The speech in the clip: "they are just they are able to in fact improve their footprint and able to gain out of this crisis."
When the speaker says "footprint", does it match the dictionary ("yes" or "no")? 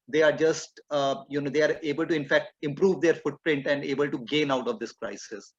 yes